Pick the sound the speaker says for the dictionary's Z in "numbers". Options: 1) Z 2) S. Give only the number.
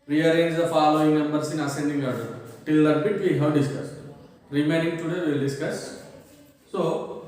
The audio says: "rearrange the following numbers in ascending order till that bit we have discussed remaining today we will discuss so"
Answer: 2